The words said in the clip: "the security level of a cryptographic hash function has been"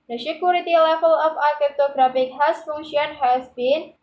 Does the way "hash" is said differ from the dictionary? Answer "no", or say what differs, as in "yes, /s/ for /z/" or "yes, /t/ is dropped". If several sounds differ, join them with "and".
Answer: yes, /s/ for /ʃ/